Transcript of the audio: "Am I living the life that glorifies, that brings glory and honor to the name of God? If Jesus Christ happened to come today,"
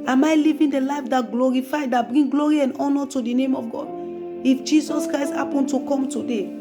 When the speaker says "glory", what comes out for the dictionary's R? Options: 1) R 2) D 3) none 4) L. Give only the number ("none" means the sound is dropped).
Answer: 1